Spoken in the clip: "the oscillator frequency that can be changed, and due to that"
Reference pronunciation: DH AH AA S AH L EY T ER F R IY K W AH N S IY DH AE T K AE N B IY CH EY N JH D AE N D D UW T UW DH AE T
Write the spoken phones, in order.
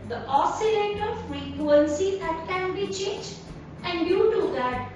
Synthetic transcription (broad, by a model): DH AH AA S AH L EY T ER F R IY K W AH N S IY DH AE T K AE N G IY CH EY JH AE N D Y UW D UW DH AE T